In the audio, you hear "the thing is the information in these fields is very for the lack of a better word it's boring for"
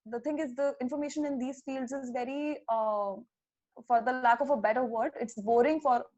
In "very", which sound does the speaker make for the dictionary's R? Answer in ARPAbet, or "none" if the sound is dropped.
R